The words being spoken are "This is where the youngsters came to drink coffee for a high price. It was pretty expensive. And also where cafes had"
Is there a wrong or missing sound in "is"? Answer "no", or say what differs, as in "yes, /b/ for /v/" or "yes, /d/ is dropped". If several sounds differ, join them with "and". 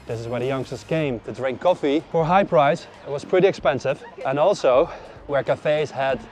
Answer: no